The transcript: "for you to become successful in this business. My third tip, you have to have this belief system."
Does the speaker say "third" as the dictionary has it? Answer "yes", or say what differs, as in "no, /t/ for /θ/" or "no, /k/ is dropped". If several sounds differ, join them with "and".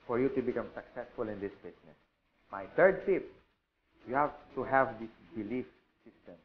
no, /t/ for /θ/